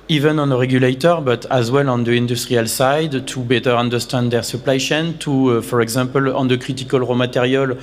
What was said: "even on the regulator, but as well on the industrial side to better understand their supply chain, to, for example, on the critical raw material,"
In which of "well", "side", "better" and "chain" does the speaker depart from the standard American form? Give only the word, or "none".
chain